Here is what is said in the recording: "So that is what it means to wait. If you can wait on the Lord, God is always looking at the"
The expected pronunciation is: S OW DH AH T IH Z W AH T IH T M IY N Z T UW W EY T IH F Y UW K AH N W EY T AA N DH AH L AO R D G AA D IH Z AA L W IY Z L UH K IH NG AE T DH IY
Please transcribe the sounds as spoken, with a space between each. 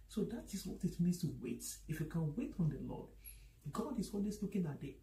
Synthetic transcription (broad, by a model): S OW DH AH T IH S W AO T IH T M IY N S T UW W EY T IH F Y UW K AH N W EY T AA N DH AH L AO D G AA D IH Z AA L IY S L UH K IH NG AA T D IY